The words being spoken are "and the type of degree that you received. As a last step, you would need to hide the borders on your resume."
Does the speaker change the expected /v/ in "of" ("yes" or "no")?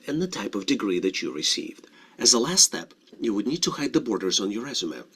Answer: no